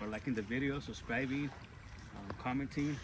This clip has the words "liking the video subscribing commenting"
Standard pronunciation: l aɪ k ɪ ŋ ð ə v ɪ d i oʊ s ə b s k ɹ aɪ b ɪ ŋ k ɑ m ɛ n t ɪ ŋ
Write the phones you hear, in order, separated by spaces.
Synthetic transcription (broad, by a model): l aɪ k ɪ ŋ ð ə v ɪ d i oʊ s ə s k ɹ aɪ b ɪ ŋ k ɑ m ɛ n t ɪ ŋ